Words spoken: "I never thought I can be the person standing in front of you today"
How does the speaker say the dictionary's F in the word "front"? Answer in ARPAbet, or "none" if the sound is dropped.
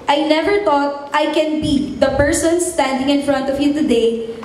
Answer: F